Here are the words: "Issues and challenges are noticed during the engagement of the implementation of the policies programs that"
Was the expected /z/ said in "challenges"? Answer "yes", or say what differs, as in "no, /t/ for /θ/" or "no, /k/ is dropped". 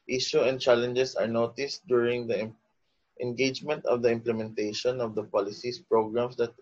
no, /s/ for /z/